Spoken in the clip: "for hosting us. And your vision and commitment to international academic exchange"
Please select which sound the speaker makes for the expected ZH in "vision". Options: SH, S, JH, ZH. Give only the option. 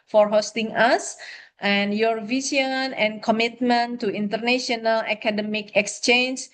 S